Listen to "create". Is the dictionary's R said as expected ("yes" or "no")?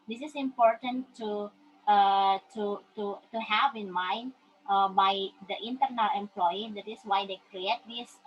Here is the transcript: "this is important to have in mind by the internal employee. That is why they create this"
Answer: yes